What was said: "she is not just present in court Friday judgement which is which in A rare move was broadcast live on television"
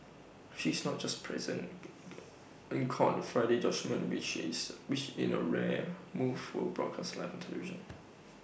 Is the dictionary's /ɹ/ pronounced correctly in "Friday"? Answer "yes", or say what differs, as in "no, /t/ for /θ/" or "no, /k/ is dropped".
yes